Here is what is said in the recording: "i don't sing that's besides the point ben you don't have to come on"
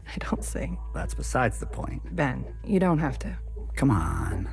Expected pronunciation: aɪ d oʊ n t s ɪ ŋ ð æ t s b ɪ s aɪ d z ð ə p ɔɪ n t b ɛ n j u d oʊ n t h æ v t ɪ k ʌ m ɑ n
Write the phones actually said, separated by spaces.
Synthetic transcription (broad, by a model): aɪ d oʊ n t s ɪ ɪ ð æ t s b ɪ s aɪ d z ð ə p ɔɪ n t b ɛ n j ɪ d oʊ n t h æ f t ɪ k ʌ m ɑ n